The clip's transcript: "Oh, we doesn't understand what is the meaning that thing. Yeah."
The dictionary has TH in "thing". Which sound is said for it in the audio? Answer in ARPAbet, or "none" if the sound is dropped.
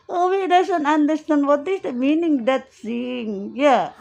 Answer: S